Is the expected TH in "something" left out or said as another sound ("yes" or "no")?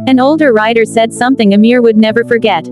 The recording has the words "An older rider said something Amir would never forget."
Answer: no